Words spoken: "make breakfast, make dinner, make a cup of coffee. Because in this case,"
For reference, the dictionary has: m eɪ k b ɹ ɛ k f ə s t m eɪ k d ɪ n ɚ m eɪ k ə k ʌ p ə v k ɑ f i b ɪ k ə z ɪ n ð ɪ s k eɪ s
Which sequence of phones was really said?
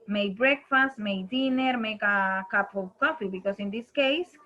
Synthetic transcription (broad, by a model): m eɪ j b ɹ ɛ k f ə s t m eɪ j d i n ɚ m eɪ k ə k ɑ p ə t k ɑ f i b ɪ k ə s ɪ n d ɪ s k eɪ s